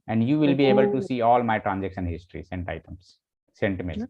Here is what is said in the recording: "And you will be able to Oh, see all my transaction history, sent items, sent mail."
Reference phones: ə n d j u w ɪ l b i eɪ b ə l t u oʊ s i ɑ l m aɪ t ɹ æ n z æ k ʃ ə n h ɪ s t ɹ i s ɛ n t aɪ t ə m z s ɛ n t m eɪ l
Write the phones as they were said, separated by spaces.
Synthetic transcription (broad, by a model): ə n d j u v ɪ l b i eɪ b ə l t u s i ɑ l m aɪ t ɹ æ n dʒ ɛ k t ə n h ɪ s t ɹ i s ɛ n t aɪ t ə m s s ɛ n t m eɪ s